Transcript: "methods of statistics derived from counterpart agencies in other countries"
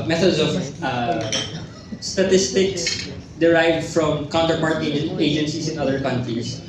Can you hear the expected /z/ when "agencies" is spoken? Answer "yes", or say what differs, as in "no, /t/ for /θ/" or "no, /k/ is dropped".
no, /s/ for /z/